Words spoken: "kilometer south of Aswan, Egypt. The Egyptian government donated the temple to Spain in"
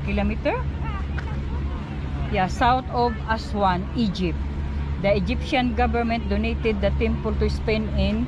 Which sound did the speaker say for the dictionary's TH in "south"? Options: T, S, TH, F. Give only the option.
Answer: T